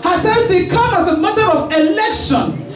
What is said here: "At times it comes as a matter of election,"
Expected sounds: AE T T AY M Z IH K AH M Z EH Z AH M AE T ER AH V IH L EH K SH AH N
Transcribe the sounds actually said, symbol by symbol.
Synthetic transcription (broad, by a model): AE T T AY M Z IH K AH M AA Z AH M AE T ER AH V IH L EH K SH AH N